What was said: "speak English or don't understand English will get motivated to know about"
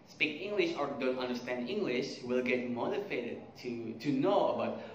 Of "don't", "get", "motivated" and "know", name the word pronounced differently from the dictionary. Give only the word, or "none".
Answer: motivated